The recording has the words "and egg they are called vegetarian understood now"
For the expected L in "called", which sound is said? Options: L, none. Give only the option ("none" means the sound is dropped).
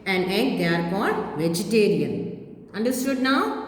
none